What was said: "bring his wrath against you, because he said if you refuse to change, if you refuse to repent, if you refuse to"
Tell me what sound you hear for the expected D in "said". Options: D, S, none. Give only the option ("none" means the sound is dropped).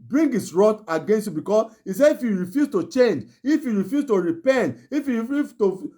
none